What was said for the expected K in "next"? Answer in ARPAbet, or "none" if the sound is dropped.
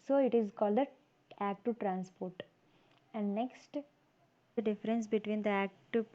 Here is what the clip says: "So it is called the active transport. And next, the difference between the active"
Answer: K